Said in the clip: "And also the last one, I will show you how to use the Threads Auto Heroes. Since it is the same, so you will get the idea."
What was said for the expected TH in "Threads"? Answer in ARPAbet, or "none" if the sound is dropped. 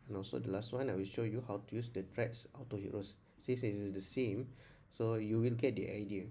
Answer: T